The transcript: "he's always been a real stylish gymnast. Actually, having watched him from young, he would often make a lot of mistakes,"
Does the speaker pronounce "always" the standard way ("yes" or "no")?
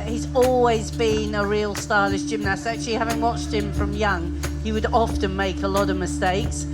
yes